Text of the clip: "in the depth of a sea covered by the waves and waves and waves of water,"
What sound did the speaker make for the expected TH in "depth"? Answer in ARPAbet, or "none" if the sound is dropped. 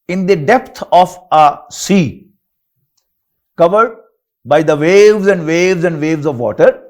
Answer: T